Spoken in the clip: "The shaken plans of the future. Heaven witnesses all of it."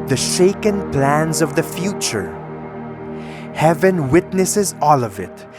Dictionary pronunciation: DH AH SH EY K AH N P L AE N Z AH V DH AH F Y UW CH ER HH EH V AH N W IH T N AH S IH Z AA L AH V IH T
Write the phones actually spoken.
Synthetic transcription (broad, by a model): DH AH SH EY K AH N P L AE N Z AH V DH AH F Y UW CH ER HH EH V AH N W IH T N AH S IH Z AA L AH V IH T